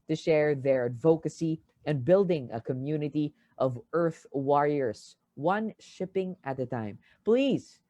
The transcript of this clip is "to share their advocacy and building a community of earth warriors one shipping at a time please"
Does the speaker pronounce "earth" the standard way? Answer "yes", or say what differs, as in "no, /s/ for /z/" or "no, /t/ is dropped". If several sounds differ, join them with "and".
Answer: yes